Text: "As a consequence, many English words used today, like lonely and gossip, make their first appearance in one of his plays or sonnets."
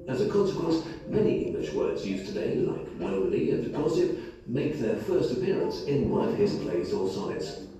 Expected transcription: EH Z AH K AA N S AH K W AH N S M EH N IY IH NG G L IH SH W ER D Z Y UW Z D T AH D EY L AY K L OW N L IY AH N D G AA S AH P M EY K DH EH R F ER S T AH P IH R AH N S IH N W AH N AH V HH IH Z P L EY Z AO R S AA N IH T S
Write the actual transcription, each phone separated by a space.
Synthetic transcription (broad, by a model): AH Z AH K AA N S AH K W AH N S M EH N IY IH NG G L IH SH W ER D Z Y UW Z T AH D EY L AY K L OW L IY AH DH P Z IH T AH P M EY K DH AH R F ER S T AH P IH R AH N S IH N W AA AH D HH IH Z P L EY Z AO L S AA IH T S